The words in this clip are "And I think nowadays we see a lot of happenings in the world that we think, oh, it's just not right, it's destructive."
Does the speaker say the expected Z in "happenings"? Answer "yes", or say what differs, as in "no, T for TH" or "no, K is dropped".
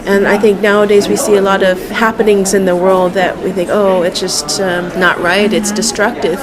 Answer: yes